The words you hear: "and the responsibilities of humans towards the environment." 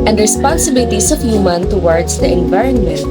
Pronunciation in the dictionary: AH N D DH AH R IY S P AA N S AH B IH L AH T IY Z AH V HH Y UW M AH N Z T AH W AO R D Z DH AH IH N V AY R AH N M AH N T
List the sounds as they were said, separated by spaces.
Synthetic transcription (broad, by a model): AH N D R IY S P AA N S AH B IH L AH T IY S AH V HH Y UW M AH N T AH W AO R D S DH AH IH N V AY R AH N M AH N T